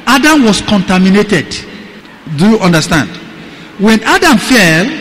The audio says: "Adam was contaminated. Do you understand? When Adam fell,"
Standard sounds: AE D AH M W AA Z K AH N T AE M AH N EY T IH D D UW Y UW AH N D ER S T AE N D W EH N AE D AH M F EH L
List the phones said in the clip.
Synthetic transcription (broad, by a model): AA D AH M W AA S K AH N T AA M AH N EY T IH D D UW Y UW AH N D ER S T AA N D W EH N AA D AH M F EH L